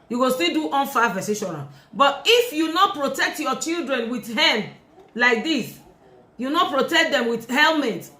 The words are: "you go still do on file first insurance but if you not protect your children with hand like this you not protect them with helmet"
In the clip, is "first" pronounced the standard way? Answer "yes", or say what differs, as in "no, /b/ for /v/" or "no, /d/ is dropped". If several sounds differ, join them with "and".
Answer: no, /t/ is dropped